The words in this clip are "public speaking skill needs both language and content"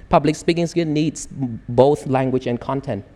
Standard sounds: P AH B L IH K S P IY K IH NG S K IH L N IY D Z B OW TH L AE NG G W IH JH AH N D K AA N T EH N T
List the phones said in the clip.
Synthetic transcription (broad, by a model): P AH B L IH K S P IY K IH NG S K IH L N IY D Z B OW TH L AE NG G W IH JH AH N K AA N T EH N T